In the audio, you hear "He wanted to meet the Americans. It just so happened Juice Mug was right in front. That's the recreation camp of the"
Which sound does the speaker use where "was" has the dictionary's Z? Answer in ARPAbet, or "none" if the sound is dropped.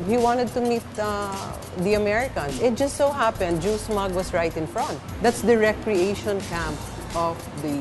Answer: S